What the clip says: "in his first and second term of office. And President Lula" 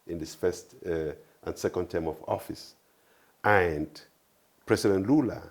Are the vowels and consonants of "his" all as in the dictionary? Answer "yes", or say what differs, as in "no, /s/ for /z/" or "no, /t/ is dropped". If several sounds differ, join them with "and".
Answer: no, /s/ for /z/